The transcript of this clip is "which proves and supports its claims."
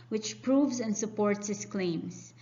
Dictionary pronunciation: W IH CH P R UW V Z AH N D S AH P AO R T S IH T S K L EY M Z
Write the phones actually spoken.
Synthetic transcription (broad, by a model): W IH CH P R UW V Z AH N D S AH P AO R T S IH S K L EY M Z